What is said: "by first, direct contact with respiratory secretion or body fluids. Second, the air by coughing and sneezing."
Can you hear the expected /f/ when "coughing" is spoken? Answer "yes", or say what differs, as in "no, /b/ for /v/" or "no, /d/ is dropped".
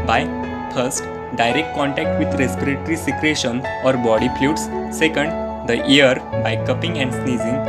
no, /p/ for /f/